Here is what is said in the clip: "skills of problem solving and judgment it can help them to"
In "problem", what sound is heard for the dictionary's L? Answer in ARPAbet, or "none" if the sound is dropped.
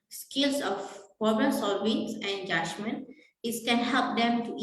none